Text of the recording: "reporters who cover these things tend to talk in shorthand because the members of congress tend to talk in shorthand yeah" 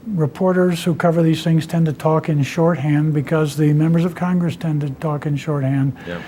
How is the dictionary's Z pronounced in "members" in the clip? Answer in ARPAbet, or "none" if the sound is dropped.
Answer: Z